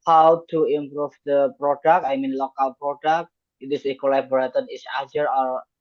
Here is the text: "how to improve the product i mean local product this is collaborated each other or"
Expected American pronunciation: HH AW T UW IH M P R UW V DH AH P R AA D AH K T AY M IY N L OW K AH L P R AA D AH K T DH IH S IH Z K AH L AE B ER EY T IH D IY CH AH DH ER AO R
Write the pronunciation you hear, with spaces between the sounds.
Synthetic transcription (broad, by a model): HH AW T UW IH M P R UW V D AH P R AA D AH K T AY M IY N L OW K AH L P R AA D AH K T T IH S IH K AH L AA B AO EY T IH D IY S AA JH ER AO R